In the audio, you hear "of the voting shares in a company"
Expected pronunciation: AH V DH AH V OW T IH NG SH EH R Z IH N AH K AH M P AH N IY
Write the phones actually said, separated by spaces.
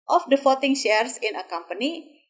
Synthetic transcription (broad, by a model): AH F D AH F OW T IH NG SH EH R S IH N AH K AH M P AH N IY